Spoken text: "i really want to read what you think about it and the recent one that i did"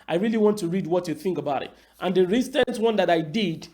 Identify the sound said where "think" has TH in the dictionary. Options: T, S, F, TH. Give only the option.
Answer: TH